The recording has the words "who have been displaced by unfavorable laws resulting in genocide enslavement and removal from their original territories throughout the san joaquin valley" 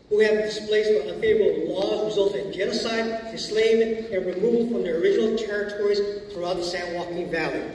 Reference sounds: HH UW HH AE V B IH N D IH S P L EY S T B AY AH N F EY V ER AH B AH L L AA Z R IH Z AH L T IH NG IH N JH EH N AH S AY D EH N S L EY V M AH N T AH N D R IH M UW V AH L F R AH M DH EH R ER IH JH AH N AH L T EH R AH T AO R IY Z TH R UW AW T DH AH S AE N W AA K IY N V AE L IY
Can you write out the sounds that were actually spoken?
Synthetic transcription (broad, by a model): HH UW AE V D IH S P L EY S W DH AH F EY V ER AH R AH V L AA Z R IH Z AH L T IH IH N JH EH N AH S AY D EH S L EY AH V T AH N R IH M UW V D F R AH M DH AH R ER IH JH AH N L T EH R AH T AO R IY Z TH R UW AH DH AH S AE N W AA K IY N V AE L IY